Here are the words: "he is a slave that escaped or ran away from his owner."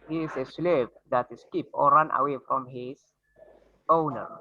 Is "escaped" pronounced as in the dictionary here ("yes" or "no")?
no